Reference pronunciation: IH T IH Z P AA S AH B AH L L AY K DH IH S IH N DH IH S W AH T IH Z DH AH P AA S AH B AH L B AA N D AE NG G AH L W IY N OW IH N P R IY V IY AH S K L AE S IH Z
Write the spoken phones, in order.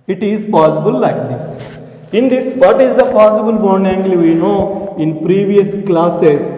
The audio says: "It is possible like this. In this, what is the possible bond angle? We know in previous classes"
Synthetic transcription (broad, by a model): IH T IH Z P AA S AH B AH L L AY K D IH S IH N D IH S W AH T IH Z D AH P AA S AH B AH L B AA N EH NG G L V IY N OW IH N P R IY V IY AH S K L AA S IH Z